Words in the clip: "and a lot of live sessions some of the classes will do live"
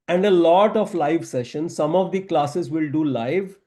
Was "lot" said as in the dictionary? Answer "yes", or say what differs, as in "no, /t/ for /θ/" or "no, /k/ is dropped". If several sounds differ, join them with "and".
yes